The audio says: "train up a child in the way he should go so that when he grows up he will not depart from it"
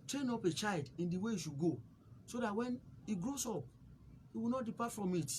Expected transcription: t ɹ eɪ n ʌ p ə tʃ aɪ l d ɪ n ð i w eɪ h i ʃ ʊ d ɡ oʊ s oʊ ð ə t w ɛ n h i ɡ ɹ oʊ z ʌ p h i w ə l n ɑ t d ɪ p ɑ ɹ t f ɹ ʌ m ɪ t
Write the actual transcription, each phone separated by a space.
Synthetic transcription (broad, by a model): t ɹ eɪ n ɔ p ə tʃ aɪ l d ɪ n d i w eɪ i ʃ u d ɡ oʊ s oʊ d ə t w ɛ n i ɡ ɹ oʊ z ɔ p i w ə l n ɑ t d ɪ p ɑ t f ɹ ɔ m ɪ t